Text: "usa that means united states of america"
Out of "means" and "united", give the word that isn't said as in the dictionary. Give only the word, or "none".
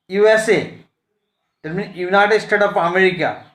means